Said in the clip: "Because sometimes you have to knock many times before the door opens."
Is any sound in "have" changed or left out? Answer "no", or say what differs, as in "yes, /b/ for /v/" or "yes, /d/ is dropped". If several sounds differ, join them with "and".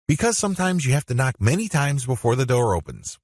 yes, /f/ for /v/